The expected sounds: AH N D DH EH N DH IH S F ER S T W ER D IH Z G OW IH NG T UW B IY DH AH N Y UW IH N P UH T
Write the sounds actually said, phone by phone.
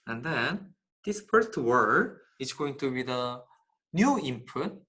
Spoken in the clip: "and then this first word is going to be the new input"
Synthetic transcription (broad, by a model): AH N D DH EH N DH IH S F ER S T W ER D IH S G OW IH NG T UW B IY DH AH N Y UW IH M P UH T